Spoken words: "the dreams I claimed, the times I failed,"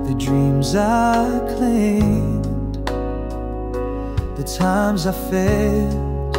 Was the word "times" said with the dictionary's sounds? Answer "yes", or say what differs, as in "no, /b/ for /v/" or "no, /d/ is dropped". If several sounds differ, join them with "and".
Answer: yes